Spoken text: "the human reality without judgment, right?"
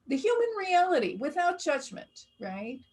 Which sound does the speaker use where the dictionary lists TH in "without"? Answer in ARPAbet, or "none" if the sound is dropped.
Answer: TH